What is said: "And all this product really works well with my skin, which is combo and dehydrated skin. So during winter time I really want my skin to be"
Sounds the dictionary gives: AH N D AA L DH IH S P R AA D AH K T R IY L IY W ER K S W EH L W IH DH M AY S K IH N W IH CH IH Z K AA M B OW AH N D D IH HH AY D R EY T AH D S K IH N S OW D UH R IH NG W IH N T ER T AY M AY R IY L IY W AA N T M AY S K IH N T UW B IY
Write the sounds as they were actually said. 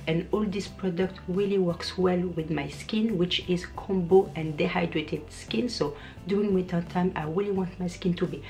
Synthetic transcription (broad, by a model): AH N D AA L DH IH S P R AA D AH K T R IY L IY W ER K S W EH L W IH DH M AY S K IH N W IH CH IH Z K AA M B OW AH N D D IH HH AY D R EY T AH D S K IH N S OW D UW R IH NG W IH T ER T AY M AY R IY L IY W AA N T M AY S K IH N T UW B IY